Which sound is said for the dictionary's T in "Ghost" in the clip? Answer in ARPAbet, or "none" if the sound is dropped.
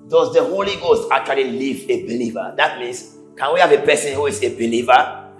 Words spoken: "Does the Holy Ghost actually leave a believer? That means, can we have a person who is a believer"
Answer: T